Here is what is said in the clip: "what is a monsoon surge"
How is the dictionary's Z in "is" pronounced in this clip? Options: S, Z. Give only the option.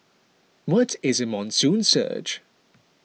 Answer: Z